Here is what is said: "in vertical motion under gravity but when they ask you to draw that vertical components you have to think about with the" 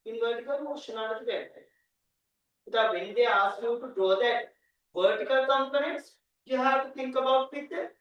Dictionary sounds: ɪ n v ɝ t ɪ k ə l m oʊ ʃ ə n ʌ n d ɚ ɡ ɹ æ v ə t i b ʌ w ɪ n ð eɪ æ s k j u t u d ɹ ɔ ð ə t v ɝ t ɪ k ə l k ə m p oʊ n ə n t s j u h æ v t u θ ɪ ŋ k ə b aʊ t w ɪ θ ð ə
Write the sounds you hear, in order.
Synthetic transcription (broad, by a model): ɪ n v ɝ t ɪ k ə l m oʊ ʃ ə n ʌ d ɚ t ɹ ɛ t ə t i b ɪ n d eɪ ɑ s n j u t u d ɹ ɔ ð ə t v ɝ t ɪ k ə l k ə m p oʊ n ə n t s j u h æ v t u t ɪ ŋ k ə b aʊ t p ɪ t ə